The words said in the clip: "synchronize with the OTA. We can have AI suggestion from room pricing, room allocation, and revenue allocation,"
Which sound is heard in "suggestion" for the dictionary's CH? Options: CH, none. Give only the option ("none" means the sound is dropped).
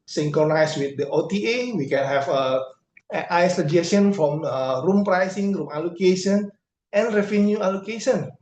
none